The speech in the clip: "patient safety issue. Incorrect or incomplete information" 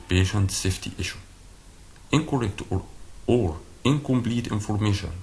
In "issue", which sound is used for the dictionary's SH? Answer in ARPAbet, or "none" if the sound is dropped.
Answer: SH